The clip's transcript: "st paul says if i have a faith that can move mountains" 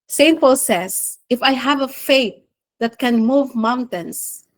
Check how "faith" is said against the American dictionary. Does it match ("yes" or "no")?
no